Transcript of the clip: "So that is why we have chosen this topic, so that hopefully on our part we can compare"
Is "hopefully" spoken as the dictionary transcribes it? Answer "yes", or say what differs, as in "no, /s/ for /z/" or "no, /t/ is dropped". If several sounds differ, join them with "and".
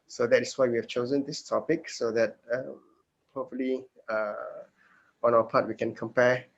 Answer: no, /p/ is dropped